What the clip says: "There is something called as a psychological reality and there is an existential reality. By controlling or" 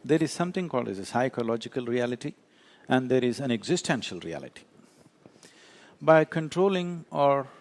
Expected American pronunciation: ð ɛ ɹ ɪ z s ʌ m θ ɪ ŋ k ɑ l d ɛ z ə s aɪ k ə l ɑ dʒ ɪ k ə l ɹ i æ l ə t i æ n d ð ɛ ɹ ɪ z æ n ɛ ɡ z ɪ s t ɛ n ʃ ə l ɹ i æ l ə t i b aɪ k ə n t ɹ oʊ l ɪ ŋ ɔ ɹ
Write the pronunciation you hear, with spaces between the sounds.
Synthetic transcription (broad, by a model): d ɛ ɹ ɪ z s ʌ m t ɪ ŋ k ɑ l d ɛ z ə s aɪ k ə l ɑ dʒ ɪ k ə l ɹ i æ l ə t i æ n d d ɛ ɹ ɪ z æ n ɛ ɡ z ɪ s t ɛ n ʃ ə l ɹ i æ l ə t i b aɪ k ə n t ɹ oʊ l ɪ ŋ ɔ ɹ